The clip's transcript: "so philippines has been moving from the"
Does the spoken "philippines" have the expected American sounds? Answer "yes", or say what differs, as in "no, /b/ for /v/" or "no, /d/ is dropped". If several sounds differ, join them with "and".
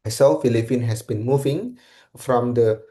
no, /z/ is dropped